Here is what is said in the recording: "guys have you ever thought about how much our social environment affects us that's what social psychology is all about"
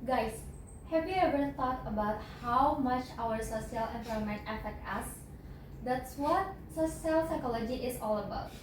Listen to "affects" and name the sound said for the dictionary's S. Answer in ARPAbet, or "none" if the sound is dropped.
none